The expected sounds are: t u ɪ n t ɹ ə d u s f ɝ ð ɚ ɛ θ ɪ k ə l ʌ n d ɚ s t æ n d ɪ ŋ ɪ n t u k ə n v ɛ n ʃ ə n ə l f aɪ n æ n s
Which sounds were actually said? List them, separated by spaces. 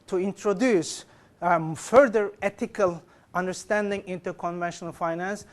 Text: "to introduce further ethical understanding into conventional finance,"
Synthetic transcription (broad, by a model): t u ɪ n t ɹ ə d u s f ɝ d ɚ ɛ t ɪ k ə l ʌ n d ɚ s t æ n d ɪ ŋ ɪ n t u k ə n v ɛ n ʃ ə n ə l f aɪ n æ n s